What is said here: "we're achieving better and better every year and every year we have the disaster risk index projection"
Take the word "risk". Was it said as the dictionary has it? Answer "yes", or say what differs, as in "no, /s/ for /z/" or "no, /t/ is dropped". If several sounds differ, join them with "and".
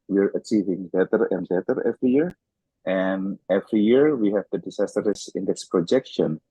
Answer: no, /k/ is dropped